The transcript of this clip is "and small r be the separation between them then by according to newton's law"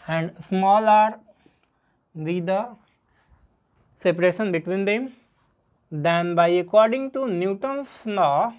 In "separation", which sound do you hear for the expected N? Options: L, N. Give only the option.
N